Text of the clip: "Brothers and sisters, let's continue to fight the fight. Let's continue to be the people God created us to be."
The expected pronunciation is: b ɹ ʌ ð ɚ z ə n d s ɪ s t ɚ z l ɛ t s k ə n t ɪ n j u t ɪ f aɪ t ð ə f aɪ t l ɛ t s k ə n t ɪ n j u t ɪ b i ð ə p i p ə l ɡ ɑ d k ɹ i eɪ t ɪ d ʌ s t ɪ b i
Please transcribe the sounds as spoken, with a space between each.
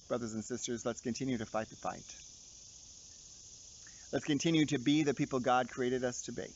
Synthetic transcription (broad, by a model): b ɹ ʌ ð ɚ z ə n s ɪ s t ɚ z l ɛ t s k ə n t ɪ n j u t ɪ f aɪ t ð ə f aɪ t l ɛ t s k ə n t ɪ n j u t ɪ b i ð ə p i p l ɡ ɑ d k ɹ i eɪ t ɪ d ʌ s t ɪ b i